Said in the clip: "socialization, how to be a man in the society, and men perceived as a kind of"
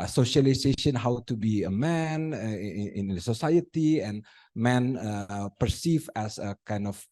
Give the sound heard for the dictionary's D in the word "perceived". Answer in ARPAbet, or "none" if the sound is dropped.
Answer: none